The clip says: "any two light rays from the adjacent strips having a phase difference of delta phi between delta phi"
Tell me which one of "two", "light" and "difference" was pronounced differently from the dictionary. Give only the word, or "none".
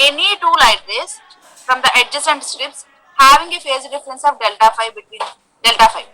none